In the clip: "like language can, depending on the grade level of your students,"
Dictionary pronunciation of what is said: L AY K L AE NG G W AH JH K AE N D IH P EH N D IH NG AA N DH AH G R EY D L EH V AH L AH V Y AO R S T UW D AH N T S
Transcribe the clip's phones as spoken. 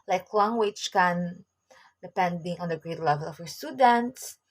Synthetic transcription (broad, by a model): L AY K W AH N W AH CH K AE N D IH P EH N D IH NG AA N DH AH G R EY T L EH V AH L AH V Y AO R S T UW D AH N T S